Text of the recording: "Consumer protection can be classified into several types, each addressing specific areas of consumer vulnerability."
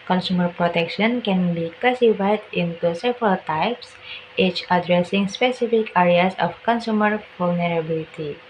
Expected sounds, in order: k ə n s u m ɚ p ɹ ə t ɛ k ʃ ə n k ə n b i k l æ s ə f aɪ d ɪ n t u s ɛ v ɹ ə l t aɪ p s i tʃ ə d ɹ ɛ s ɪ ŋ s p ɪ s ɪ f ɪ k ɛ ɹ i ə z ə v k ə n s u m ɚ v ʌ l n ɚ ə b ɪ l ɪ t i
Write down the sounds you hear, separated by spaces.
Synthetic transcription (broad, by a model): k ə n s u m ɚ p ɹ ə t ɛ k ʃ ə n k ə n b i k æ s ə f aɪ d ɪ n t u s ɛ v ɹ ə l t aɪ p s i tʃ ə d ɹ ɛ s ɪ ŋ s p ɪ s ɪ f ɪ k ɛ ɹ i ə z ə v k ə n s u m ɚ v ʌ l n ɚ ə b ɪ l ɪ t i